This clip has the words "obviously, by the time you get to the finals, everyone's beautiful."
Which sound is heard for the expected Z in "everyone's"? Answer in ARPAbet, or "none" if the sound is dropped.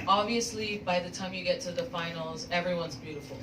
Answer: Z